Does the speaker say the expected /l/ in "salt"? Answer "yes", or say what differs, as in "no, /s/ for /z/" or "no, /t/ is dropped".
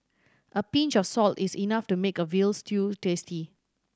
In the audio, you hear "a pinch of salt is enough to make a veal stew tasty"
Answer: yes